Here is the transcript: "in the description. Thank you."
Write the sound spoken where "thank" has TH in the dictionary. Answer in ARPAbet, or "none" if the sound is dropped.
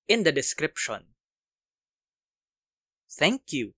T